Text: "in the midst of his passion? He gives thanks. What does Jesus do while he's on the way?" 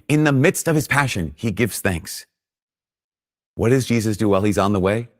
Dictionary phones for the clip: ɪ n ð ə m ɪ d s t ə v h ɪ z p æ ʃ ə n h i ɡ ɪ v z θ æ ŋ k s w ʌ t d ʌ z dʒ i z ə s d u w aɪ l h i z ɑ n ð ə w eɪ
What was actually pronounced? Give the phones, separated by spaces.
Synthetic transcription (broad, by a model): ɪ n ð ə m ɪ d s t ə v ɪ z p æ ʃ ə n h i ɡ ɪ v z θ æ ŋ k s w ʌ t d ʌ z dʒ i z ə s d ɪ w aɪ l i z n ð ə w eɪ